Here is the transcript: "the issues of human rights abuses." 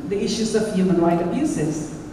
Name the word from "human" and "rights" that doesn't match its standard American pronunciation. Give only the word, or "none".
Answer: rights